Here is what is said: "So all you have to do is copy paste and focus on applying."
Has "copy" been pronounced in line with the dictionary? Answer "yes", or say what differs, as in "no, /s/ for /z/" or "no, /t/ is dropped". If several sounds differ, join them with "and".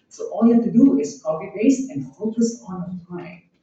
no, /b/ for /p/